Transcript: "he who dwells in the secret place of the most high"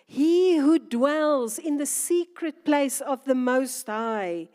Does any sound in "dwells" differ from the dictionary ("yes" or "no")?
no